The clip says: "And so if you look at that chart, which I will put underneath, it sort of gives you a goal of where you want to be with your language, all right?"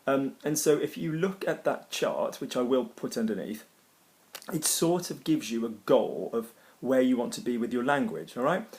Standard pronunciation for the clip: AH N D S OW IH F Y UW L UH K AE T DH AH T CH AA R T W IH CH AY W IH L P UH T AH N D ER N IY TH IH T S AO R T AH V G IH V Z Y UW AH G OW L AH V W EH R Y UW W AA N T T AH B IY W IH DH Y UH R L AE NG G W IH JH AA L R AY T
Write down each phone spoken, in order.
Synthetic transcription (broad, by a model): AH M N S OW IH F Y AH L UH K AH T DH AH T CH AA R T W IH CH AY W IH L P UH T AH N D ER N IY TH IH T S AO R T AH V G IH V Z Y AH AH G OW L AH V W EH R Y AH W AA N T T AH B IY W IH DH Y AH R L AE NG G W IH JH AA L R AY T